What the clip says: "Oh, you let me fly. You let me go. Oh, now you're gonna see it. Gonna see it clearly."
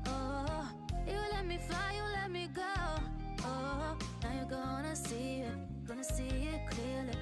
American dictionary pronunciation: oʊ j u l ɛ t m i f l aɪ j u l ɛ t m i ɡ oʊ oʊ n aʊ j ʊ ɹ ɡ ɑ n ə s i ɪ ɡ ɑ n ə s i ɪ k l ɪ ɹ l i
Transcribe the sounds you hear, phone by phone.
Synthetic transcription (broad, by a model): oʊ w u l ɛ t m i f aɪ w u l ɛ t m i ɡ oʊ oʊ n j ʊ ɡ ɑ n ə s i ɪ ɡ ɑ n ə s i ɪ k l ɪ l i